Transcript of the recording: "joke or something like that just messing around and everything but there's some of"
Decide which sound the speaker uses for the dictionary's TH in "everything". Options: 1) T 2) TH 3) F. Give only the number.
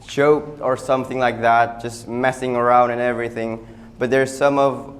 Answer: 2